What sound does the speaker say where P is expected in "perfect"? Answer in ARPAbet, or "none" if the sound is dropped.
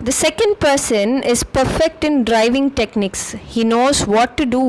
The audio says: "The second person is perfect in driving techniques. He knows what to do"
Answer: P